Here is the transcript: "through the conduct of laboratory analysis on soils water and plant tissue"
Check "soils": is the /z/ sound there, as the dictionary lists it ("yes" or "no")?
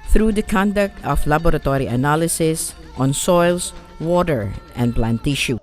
no